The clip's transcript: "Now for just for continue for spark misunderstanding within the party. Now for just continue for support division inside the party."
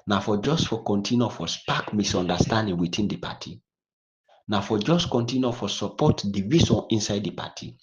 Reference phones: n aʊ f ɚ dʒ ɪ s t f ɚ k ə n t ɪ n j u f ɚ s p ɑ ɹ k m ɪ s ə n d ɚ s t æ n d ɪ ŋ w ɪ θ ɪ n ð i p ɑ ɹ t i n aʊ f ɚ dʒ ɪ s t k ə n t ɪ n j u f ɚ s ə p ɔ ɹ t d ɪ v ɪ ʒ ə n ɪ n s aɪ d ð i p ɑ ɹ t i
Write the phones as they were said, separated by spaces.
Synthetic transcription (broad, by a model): n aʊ f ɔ dʒ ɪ s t f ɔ k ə n t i n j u f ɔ s p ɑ k m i s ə n d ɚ s t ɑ n d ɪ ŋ w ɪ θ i n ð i p ɑ t i n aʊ f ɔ dʒ ɪ s t k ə n t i n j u f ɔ s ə p ɔ t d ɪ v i s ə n ɪ n s aɪ d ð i p ɑ t i